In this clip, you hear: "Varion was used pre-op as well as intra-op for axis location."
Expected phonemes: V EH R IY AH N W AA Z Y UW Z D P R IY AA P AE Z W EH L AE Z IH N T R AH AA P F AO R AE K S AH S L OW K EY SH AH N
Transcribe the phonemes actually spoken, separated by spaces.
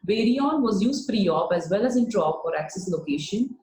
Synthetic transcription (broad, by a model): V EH R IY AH N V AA Z Y UW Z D F R IY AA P AE Z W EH L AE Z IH N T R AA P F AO R AE K S AH S L OW K EY SH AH N